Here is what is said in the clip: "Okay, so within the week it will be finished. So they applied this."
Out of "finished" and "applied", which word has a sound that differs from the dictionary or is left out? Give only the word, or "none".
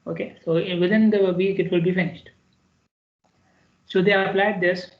none